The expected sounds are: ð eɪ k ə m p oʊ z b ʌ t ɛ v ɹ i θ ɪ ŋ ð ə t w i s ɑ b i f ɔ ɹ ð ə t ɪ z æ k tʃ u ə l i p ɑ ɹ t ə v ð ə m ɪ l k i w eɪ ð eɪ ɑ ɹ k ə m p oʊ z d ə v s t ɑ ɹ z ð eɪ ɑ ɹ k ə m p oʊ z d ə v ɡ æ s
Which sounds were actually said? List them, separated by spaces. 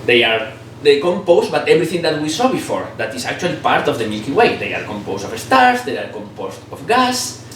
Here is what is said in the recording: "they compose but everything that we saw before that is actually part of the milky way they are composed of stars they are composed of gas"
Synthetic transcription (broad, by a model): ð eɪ k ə m p oʊ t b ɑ t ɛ b ɹ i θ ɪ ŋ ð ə t w i s ɑ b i f ɔ ɹ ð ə t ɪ s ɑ k tʃ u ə l i p ɑ ɹ t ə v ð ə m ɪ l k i w eɪ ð eɪ ɑ ɹ k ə m p oʊ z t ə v s t ɑ ɹ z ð eɪ ɑ ɹ k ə m p oʊ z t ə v ɡ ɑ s